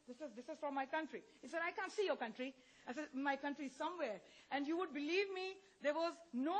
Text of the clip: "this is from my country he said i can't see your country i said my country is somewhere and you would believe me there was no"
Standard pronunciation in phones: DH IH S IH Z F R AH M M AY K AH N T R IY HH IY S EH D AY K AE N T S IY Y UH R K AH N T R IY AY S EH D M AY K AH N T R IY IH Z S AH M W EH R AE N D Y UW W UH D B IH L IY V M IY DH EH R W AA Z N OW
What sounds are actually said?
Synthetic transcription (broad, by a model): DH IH S IH Z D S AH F M AY K AH N T R IY HH IY S EH D AY K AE N T S IY Y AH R K AH N T R IY AY S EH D M AY K AH N T R IY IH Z S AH M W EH R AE N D Y UW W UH D B IH L IY V M IY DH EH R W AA Z N OW